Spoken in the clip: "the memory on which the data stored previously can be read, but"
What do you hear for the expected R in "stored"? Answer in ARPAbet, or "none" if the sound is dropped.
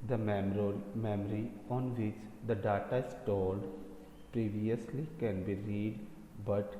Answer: L